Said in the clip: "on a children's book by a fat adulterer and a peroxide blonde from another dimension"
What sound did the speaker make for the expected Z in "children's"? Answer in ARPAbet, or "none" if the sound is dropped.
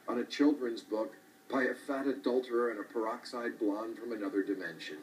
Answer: Z